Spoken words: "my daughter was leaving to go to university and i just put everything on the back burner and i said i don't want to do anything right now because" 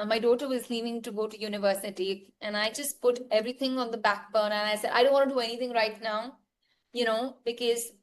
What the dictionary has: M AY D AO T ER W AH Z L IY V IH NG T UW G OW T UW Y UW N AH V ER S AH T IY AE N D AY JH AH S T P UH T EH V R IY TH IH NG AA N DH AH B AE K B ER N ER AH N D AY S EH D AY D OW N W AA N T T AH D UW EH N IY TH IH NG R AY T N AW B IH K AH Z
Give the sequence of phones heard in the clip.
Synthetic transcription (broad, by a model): M AY D AO T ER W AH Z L IY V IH NG T UW G OW T UW Y UW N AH V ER S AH T IY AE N AY JH AH S T P UH T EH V R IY T IH NG AA N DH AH B AE K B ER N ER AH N AY S EH D AY D OW N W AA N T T D UW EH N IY T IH NG R AY T N AW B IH K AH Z